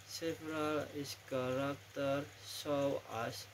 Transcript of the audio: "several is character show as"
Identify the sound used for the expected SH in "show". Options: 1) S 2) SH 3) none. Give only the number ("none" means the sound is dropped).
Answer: 1